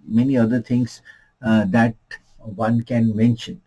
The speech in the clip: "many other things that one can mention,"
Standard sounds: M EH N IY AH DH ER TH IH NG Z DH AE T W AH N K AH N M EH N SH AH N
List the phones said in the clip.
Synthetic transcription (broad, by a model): M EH N IY AH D ER T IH NG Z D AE T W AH N K AH N M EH N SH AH N